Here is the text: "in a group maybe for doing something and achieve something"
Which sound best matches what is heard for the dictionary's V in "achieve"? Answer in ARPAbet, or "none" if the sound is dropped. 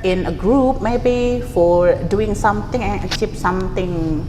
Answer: P